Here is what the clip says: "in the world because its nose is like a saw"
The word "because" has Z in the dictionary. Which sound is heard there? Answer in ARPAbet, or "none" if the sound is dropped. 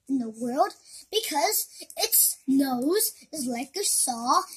Z